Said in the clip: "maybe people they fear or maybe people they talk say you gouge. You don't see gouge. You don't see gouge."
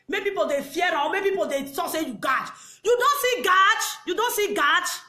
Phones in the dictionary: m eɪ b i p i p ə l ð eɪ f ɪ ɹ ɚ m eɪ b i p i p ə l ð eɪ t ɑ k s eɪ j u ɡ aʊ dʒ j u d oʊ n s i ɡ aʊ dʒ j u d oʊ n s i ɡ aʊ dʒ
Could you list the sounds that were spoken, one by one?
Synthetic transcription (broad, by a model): m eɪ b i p i p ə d eɪ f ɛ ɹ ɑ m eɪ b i p i p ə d eɪ s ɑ s eɪ j u ɡ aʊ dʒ j u d oʊ n s i ɡ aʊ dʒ j u d oʊ n s i ɡ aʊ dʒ